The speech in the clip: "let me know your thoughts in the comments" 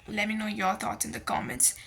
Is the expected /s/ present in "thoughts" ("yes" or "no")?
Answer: no